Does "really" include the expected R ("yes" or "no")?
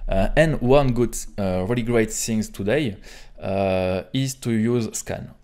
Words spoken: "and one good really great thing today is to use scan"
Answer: yes